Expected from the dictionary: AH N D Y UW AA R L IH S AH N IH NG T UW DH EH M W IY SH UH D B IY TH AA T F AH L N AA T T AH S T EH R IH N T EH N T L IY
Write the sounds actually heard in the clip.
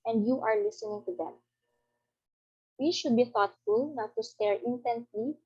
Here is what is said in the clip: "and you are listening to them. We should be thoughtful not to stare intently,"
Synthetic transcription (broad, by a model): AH N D Y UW AA R L IH S AH N IH NG T UW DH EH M W IY SH UH D B IY TH AA T F AH L N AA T T AH S T EH R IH N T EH N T L IY